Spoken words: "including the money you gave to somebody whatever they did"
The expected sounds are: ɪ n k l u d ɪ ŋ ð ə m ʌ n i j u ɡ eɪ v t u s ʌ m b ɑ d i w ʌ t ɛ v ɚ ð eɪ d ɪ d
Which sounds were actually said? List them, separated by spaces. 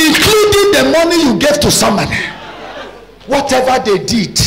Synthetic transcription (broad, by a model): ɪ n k l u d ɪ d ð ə m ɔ n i j u ɡ eɪ v t u s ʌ m ɑ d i w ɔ t ɛ v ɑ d eɪ d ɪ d